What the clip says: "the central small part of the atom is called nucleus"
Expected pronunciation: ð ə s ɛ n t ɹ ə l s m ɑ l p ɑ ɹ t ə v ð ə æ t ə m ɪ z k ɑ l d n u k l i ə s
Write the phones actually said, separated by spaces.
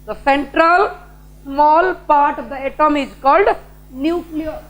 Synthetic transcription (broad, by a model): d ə s ɛ n t ɹ ə l s m ɑ l p ɑ ɹ t ə v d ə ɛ t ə m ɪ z k ɑ l d n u k l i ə